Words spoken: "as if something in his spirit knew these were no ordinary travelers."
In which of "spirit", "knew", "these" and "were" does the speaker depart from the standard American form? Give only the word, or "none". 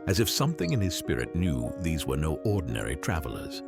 none